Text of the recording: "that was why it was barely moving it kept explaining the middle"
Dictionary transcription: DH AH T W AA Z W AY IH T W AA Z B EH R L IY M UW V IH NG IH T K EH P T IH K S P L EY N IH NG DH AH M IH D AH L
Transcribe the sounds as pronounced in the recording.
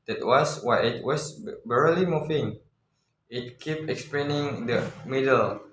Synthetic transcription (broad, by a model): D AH T W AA S W AY IH T W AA S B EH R L IY M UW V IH NG IH T K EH P IH K S P L EY N IH NG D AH M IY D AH L